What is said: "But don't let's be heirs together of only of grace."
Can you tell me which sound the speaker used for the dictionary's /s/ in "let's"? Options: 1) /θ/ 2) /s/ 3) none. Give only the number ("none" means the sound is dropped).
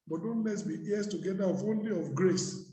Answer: 3